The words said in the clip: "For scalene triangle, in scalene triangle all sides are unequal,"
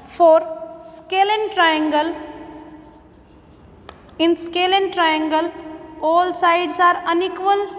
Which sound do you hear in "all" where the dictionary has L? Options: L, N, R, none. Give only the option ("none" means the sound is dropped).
L